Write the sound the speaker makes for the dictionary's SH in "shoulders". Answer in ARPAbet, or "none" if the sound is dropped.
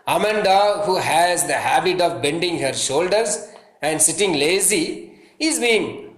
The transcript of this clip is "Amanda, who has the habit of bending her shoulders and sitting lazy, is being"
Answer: SH